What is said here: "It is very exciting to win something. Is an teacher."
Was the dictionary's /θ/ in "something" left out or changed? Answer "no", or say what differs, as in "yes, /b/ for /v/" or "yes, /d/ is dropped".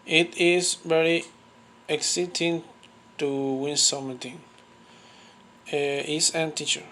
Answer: yes, /t/ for /θ/